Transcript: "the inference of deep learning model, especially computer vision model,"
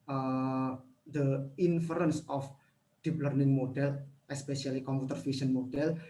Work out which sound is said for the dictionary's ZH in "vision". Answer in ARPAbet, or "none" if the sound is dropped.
S